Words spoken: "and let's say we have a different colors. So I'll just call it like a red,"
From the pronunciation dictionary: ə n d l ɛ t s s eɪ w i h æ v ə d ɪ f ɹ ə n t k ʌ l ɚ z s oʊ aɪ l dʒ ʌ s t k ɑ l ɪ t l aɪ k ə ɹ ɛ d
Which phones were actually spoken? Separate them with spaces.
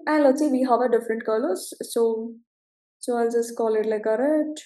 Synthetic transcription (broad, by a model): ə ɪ l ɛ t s s eɪ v i h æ v ə d ɪ f ɹ ə n t k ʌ l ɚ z s oʊ aɪ l dʒ ʌ s t k ɑ l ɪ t l aɪ k ə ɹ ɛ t